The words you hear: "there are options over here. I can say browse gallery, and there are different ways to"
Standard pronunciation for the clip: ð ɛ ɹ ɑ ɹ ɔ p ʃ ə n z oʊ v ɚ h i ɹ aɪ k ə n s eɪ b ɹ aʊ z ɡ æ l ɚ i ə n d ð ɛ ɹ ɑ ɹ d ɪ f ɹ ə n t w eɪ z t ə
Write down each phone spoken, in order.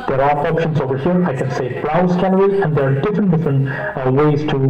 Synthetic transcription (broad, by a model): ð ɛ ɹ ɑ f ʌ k ʃ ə n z oʊ v ɚ h i ɹ aɪ k ə n s eɪ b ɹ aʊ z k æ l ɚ i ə n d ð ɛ ɹ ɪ ɹ d ɪ f ɹ ə n t w eɪ z t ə